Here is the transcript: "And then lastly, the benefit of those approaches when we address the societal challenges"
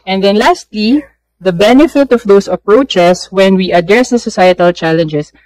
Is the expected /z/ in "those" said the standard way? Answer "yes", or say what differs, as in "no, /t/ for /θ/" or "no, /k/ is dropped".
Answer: no, /s/ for /z/